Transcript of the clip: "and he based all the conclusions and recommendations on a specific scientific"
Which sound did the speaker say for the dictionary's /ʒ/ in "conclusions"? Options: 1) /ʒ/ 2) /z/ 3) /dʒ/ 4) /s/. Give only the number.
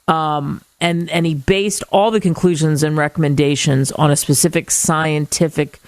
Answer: 1